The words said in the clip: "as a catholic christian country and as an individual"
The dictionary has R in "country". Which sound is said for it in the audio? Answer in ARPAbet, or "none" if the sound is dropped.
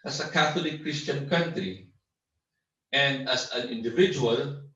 R